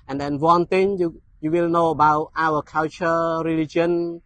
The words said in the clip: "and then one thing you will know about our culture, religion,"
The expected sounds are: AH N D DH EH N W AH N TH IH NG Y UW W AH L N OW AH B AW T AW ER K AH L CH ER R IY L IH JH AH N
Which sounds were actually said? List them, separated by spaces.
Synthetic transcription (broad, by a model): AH N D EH N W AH N T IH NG Y UW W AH L N OW AH B AW T AW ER K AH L CH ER R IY L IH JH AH N